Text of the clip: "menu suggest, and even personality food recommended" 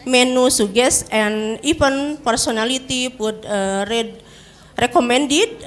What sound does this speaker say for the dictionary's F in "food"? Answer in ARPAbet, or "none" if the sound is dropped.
P